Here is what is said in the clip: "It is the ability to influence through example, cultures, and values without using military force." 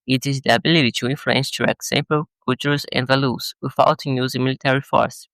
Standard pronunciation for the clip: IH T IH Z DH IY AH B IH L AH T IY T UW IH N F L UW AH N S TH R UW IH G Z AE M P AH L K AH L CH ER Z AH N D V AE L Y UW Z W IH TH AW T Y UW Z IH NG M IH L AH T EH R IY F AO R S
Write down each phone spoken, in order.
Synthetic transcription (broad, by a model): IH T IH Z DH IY AH B IH L AH T IY T UW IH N F L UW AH N S T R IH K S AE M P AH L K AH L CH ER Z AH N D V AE L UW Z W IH F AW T Y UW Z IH M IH L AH T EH R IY F AO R S